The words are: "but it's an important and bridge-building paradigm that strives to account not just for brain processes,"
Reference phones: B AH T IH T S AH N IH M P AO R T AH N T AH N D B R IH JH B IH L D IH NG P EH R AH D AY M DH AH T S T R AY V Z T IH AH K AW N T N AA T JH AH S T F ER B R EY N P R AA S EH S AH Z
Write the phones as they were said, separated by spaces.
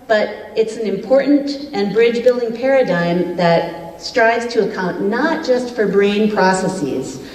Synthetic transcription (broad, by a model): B AH T IH T S N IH M P AO R T N T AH N B R IH JH B IH L D IH NG P EH R AH D AY M DH AH T S T R AY V Z T IH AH K AW N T N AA T JH AH S T F ER B R EY N P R AA S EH S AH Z